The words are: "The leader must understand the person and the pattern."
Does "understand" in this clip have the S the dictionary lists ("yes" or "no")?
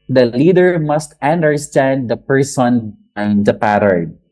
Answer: yes